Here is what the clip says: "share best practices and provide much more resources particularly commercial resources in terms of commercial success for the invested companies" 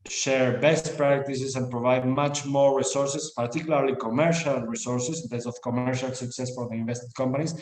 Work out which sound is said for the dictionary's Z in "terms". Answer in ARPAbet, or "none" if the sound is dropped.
S